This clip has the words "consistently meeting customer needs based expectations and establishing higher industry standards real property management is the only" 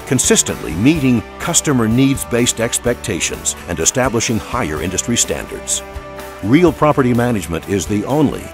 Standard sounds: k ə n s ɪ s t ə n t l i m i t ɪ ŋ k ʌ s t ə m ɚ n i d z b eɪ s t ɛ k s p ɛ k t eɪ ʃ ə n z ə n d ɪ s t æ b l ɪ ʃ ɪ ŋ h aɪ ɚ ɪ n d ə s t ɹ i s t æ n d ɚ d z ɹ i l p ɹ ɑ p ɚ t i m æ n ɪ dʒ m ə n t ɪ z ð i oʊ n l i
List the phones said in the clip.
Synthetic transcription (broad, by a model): k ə n s ɪ s t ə n t l i m i t ɪ ŋ k ʌ s t ə m ɚ n i d z b eɪ s t ɛ k s p ɛ k t eɪ ʃ ə n z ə n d ɪ s t æ b l ɪ ʃ ɪ ŋ h aɪ ɚ ɪ n d ə s t ɹ i s t æ n d ɚ d z ɹ i l p ɹ ɑ p ɚ t i m æ n ɪ dʒ m ə n t ɪ z ð i oʊ n l i